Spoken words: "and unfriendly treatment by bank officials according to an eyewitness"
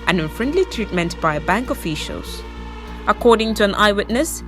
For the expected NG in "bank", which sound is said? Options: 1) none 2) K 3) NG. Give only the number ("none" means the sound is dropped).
3